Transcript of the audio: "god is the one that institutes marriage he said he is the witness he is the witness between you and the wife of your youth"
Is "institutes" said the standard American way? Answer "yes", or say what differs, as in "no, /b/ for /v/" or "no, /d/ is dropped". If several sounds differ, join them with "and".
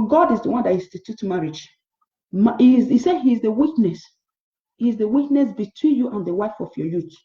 no, /n/ is dropped and /s/ is dropped